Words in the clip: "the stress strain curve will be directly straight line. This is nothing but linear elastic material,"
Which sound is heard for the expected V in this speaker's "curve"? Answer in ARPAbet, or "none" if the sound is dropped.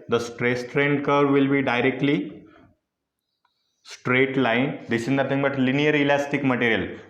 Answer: V